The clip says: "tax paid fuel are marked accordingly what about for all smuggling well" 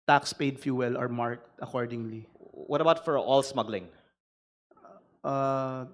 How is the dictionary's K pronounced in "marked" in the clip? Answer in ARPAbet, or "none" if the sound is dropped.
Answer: K